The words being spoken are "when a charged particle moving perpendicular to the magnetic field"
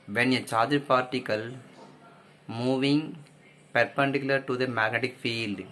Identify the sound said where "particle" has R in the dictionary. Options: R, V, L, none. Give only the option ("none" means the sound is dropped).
R